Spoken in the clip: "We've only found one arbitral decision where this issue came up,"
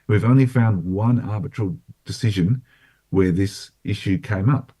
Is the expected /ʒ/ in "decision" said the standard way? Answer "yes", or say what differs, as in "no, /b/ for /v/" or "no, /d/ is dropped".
yes